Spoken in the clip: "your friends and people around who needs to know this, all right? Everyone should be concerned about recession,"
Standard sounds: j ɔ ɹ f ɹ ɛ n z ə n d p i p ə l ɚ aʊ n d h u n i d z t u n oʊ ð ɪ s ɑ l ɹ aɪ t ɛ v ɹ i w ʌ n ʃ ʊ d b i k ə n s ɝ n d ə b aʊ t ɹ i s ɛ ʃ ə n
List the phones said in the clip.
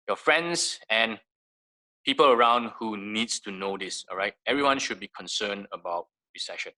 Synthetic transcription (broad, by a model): j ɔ f ɹ ɛ n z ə n p i p ə l ɚ aʊ n d h u n i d s t u n oʊ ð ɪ s ɑ l ɹ aɪ t ɛ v ɹ i w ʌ n ʃ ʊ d b i k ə n s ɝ n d ə b aʊ t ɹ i s ɛ ʃ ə n